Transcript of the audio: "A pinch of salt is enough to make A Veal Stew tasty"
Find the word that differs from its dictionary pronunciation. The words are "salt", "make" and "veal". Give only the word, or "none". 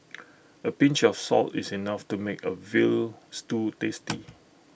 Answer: none